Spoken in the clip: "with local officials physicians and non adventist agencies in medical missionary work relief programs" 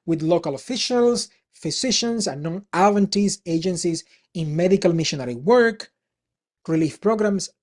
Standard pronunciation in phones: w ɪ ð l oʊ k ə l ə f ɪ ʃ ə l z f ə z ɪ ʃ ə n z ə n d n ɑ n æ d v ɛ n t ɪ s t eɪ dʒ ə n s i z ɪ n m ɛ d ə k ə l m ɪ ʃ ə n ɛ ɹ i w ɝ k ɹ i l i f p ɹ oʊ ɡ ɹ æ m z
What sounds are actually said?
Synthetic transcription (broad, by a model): w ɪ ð l oʊ k ə l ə f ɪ ʃ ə l s f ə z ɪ ʃ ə n s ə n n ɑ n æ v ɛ n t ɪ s eɪ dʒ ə n s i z ɪ n m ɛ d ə k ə l m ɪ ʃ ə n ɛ ɹ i w ɝ k ɹ i l i f p ɹ oʊ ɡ ɹ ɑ m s